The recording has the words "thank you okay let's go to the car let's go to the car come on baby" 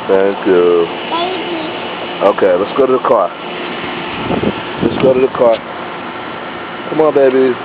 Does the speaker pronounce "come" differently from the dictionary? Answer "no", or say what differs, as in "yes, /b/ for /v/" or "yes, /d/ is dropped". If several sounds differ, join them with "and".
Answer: no